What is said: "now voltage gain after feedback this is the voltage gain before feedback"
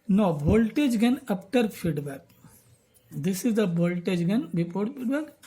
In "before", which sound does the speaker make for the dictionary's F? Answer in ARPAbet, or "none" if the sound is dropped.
P